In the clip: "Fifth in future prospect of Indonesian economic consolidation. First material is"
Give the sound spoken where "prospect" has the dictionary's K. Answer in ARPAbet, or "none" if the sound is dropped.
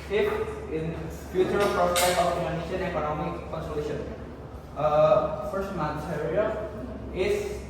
none